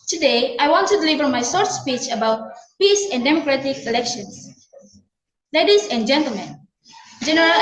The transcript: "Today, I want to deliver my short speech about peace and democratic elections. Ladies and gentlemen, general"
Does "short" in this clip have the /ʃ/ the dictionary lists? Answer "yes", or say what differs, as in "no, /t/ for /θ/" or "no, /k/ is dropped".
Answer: no, /s/ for /ʃ/